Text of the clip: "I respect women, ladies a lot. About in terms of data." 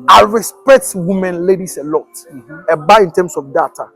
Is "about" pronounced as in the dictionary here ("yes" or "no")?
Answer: no